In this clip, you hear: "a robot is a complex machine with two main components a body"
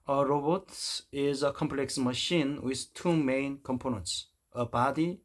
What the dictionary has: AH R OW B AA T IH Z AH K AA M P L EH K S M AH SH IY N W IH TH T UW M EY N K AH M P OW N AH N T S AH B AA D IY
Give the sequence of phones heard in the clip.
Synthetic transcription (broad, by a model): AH R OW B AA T IH Z AH K AA M P L EH K S M AH SH IY N W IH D T UW M EY N K AH M P OW N AH N T S AH B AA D IY